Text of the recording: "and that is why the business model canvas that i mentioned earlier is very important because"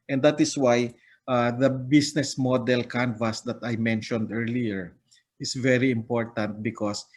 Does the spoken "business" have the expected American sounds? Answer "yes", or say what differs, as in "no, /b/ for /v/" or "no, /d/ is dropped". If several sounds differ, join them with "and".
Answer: no, /s/ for /z/